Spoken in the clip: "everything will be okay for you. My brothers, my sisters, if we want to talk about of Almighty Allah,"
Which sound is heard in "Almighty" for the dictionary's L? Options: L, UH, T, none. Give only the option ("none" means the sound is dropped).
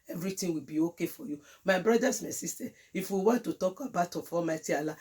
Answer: none